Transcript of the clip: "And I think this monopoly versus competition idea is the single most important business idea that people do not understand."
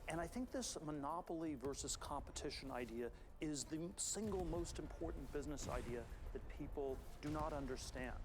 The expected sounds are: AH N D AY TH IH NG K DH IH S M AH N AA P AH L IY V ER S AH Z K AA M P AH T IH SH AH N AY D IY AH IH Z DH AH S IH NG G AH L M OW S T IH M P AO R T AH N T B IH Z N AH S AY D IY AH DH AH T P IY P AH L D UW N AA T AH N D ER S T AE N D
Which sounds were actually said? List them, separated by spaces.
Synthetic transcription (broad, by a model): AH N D AY TH IH NG K DH IH S M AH N AA P L IY V ER S AH Z K AA M P AH T IH SH AH N AY D IY AH IH Z DH AH S IH NG G L M OW S T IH M P AO R T N B IH Z N AH S AY D IY AH DH AH T P IY P L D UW N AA T AH N D ER S T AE N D